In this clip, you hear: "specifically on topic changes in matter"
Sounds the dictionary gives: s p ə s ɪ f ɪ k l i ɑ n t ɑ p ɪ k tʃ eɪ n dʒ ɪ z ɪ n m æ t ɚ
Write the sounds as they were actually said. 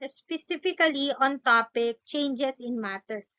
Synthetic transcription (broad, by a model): s p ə s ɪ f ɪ k l i ɑ n t ɑ p ɪ k tʃ eɪ n dʒ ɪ s ɪ n m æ t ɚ